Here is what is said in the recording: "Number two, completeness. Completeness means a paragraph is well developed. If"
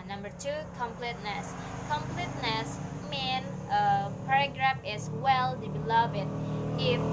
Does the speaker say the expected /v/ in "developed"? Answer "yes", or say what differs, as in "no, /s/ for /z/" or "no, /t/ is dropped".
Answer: no, /b/ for /v/